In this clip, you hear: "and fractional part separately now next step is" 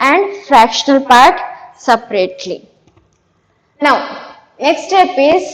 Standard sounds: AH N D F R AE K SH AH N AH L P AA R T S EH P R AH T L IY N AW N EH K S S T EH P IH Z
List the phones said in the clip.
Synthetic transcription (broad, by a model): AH N D F R AE K SH AH N AH L P AA R T S EH P R AH T L IY N AW N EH K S S T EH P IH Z